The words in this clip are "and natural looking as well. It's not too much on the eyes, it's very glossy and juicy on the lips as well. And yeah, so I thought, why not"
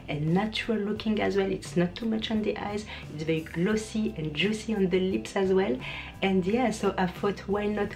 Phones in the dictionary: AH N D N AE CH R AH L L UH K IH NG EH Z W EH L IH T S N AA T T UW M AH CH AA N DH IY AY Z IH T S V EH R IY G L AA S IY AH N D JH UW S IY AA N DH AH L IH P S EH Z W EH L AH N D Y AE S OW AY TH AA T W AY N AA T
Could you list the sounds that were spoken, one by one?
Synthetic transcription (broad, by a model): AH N N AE CH R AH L L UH K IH NG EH Z W EH L IH T S N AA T T UW M AH CH AA N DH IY AY Z IH T S V EH R IY G L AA S IY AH N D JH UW S IY AA N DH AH L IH P S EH Z W EH L AH N D Y AE S OW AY F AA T W AY N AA T